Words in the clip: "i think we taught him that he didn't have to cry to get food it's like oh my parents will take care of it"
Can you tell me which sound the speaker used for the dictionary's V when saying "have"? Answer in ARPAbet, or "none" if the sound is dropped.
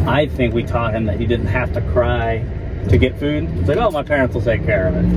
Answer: F